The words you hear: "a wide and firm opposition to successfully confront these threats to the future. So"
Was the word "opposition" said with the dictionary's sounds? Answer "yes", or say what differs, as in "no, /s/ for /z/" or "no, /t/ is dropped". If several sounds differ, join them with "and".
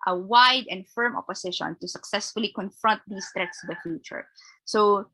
no, /s/ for /z/